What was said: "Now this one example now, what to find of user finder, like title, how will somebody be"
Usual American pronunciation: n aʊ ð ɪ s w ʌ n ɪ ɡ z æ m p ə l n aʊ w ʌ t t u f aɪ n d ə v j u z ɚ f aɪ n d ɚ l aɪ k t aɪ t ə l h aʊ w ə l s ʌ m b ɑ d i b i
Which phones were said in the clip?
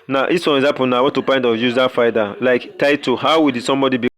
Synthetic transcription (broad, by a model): n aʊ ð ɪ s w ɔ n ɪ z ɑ p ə n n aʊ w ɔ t t u p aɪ n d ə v j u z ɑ f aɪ d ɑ l aɪ k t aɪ t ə h aʊ w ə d s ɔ m b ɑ d i b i